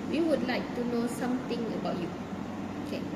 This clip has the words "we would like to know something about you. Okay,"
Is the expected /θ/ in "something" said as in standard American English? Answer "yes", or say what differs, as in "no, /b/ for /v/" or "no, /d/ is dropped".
no, /t/ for /θ/